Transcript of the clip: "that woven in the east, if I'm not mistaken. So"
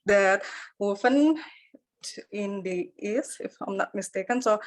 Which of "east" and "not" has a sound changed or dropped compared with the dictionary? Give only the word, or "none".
east